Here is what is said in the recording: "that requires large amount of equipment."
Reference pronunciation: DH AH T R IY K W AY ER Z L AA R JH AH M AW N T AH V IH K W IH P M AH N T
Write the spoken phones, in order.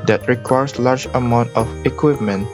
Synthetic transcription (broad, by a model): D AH T R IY K W AY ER S L AA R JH AH M AW N T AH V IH K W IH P M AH N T